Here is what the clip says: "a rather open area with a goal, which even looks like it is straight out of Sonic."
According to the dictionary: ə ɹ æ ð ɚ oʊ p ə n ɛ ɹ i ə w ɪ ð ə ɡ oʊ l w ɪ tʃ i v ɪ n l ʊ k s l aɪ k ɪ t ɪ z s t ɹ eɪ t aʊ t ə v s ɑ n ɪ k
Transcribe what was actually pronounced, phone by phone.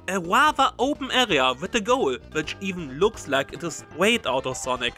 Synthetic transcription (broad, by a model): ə w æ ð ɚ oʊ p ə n ɛ ɹ i ə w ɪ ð ə ɡ oʊ l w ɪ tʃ i v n l ʊ k s l aɪ k ɪ t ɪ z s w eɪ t aʊ t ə s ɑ n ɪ k